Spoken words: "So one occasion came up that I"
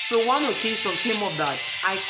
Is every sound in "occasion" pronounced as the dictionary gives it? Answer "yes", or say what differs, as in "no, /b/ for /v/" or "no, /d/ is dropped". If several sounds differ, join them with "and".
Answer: no, /s/ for /ʒ/